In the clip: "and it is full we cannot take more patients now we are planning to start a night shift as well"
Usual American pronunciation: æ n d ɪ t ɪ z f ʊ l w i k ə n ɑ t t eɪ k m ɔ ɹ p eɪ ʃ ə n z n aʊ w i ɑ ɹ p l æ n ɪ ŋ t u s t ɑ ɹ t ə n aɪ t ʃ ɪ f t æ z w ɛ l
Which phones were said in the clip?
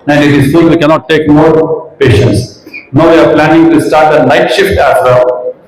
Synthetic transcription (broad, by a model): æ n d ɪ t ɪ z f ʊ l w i k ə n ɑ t t eɪ k m ɔ ɹ p eɪ ʃ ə n s n aʊ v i ɑ ɹ p l æ n ɪ ŋ t u s t ɑ ɹ t ə l aɪ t ʃ ɪ f t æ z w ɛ l